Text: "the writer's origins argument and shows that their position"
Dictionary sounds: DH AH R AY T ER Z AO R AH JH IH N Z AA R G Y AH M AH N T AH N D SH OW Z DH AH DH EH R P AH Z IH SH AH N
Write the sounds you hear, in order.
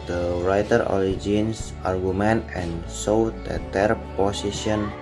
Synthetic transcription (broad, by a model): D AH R AY T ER AO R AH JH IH N S AA R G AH M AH N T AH N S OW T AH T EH R P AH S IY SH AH N